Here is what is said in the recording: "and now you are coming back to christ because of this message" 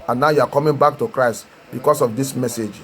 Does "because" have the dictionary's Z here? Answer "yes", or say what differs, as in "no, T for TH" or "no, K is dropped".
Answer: no, S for Z